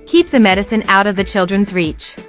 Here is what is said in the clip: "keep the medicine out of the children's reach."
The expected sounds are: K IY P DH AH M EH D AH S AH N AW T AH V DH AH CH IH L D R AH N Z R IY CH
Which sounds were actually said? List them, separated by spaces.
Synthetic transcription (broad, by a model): K IY P DH AH M EH D AH S AH N AW T AH V DH AH CH IH L D R AH N Z R IY CH